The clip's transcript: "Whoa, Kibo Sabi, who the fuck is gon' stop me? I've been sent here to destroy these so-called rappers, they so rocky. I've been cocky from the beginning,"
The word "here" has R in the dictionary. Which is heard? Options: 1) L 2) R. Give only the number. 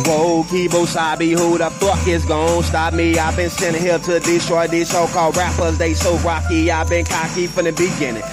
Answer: 1